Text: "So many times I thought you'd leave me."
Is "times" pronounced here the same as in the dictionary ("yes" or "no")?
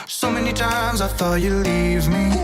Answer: yes